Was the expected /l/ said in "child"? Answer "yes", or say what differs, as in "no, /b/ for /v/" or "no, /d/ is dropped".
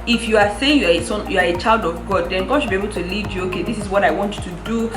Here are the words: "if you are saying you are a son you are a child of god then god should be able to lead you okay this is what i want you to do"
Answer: yes